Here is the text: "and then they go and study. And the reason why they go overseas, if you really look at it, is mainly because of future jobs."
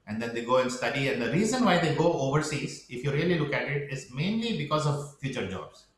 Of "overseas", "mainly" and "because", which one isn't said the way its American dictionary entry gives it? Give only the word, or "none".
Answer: none